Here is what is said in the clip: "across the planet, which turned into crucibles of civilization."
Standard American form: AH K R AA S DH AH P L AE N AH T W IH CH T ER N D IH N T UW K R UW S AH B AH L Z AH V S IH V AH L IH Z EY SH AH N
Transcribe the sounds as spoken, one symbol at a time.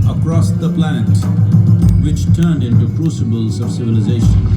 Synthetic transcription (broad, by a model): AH K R AA S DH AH P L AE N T W IH CH T ER N D IH N T UW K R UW S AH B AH L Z AH V S IH V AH L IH Z EY SH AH N